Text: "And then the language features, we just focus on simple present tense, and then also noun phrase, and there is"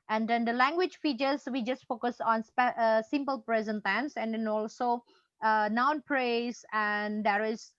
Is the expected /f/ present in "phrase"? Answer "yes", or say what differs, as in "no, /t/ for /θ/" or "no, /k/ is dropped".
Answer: no, /p/ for /f/